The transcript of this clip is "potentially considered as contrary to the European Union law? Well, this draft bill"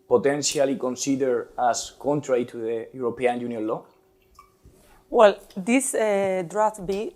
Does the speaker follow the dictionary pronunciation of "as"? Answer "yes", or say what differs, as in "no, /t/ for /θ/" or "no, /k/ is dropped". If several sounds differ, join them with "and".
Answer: no, /s/ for /z/